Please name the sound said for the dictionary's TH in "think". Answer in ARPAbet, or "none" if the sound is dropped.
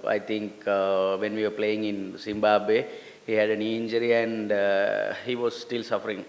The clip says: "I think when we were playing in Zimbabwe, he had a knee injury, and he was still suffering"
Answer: T